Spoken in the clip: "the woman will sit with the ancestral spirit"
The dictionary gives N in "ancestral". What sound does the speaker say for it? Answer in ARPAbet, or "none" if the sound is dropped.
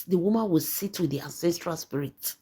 N